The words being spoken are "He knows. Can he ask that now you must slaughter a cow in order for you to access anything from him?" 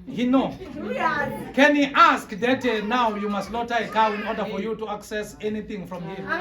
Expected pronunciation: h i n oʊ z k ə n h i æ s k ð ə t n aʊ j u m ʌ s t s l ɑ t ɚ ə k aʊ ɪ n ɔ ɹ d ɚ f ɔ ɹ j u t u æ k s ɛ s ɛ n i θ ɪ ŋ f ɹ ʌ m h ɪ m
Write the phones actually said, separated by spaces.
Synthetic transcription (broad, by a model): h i n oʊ k ə n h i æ s k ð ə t n aʊ j u m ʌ s t l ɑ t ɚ ə k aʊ ɪ n ɔ ɹ d ɚ f ɔ ɹ j u t u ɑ k s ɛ s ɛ n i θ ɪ ŋ f ɹ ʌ m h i